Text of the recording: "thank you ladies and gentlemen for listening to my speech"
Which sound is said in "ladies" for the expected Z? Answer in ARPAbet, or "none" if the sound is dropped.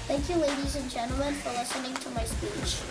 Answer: Z